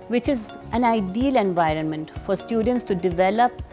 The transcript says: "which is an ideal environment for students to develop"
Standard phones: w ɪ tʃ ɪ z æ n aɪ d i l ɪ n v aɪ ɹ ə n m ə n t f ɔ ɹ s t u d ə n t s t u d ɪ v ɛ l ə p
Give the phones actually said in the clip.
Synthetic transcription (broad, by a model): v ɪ tʃ ɪ z æ n aɪ d i l ɪ n v aɪ ɹ ə n m ə n t f ɔ ɹ s t u d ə n t s t u d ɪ v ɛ l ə p